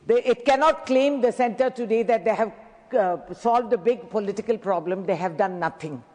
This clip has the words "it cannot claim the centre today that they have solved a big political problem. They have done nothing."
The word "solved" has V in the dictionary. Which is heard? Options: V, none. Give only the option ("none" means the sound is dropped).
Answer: V